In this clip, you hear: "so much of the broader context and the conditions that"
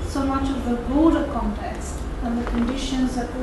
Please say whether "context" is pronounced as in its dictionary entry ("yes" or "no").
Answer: yes